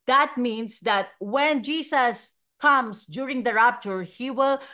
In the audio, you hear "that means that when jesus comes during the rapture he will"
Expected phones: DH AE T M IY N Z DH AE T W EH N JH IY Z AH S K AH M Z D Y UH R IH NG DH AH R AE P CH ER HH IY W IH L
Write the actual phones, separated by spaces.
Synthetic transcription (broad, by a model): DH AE T M IY N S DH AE T W EH N JH IY S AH S K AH M S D Y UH R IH NG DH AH R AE P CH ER HH IY W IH L